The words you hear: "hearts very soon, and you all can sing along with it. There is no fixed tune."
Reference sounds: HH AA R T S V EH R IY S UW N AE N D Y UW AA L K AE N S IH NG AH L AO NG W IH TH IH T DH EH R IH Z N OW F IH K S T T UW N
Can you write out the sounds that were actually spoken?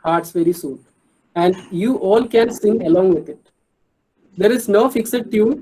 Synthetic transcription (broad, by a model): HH AA R T S V EH R IY S UW N AE N D Y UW AA L K AE N S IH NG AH L AO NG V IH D IH T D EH R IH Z N OW F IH K S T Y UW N